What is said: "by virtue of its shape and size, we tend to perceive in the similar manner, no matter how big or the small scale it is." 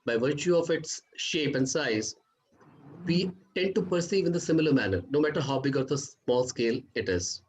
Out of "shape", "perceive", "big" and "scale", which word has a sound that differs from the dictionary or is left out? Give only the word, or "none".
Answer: none